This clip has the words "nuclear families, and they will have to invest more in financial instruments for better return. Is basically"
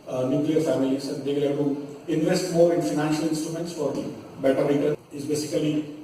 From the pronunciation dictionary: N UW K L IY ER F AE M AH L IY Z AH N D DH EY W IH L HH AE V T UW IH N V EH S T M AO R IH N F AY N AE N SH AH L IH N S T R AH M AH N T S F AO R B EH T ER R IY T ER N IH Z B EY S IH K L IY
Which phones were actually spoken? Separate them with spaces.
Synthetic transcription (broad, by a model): N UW K L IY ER F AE M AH L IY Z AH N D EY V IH L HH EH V T UW IH N V EH S T M AO R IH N F AY N AE N SH AH L IH N S T R AH M AH N T S F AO R B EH T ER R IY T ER IH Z B EY S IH K L IY